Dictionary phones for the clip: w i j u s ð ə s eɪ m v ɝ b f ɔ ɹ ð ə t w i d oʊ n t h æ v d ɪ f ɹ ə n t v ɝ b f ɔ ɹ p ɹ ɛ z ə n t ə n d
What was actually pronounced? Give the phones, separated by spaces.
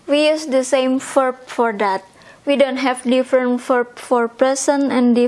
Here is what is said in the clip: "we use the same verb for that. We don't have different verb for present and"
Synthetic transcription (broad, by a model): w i j u s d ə s eɪ m f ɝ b f ɔ ɹ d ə t w i d oʊ n t h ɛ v d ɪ f ɹ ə n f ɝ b f ɔ ɹ p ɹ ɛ s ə n ə n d